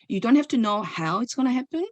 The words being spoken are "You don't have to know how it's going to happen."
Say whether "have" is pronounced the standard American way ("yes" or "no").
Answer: no